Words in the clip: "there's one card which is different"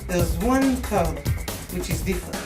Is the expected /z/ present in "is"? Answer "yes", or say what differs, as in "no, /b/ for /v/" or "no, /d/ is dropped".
yes